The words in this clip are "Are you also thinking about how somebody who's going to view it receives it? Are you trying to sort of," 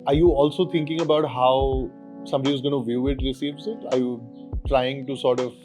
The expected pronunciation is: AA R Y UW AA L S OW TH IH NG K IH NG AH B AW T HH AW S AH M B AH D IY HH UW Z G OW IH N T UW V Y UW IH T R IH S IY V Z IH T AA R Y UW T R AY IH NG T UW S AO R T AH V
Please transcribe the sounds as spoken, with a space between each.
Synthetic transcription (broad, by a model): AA R Y UW AA L S OW T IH NG K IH NG AH B AW T HH AW S AH M B AH D IY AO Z G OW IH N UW V Y UW IH T R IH S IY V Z IH T AA R Y UW T R AY IH NG T UW S AO R T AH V